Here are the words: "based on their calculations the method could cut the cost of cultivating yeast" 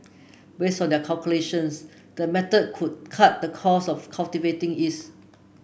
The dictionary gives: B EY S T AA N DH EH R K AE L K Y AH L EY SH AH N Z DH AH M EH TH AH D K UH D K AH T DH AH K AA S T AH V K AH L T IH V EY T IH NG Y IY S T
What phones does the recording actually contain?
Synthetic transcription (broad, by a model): B EY S T AA N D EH K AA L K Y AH L EY SH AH N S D AH M EH T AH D K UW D K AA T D AH K AA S AH F K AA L T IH V EY T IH NG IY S